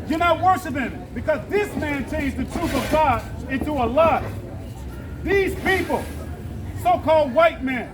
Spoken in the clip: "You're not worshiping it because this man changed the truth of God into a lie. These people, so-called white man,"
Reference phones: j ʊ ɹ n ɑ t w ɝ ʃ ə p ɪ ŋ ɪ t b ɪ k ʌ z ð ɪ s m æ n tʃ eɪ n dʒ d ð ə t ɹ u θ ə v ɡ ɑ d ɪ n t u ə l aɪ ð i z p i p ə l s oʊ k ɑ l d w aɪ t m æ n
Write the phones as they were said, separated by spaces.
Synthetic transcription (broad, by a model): j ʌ ɹ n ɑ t w ɝ ʃ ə p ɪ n ɪ t b ɪ k ʌ z ð ɪ s m æ n tʃ eɪ n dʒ ð ə t ɹ u θ ə v ɡ ɑ d ɪ n t u ə l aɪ ð i z p i p l s oʊ k ɑ l d w aɪ t m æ n